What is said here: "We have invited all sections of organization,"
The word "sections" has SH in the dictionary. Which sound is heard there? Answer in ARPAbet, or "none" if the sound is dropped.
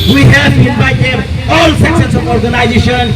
S